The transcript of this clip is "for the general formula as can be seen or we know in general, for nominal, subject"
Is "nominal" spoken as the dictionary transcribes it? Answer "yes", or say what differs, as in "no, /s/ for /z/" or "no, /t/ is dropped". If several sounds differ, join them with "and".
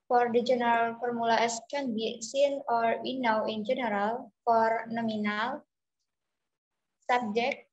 yes